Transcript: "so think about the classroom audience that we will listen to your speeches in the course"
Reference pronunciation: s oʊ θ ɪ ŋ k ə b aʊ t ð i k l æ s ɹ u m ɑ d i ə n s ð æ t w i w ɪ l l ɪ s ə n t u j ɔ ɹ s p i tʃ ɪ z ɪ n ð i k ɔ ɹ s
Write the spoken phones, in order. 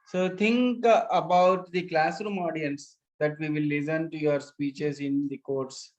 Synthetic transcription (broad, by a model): s oʊ t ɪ ŋ k ə b aʊ t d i k l æ s ɹ u m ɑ d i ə n s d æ t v i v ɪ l l ɪ s ə n t u j ɔ ɹ s p i tʃ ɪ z ɪ n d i k ɔ ɹ s